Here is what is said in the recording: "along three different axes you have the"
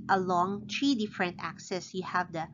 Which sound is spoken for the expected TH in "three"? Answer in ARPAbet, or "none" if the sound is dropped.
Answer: T